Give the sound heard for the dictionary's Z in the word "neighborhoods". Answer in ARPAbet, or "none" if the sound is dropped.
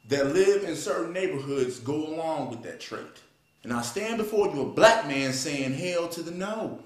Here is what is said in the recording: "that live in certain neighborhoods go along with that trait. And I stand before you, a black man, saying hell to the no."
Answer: Z